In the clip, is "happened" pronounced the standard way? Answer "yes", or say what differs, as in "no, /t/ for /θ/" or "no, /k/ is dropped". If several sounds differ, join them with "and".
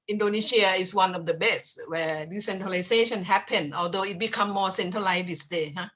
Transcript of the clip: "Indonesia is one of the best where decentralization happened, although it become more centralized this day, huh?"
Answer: no, /d/ is dropped